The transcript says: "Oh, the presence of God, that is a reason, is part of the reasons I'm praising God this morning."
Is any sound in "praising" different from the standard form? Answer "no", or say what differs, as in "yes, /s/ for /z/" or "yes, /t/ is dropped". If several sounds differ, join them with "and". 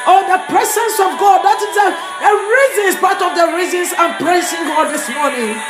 yes, /s/ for /z/